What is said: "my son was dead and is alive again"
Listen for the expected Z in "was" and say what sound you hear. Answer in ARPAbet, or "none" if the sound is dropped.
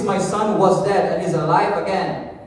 Z